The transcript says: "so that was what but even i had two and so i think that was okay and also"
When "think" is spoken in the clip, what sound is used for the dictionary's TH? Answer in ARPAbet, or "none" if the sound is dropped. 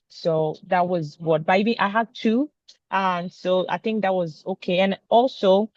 TH